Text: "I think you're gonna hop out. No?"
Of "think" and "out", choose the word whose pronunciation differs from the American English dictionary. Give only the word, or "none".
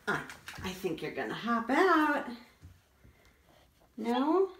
none